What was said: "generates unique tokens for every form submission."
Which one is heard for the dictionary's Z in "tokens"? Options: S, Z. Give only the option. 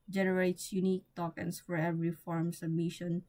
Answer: S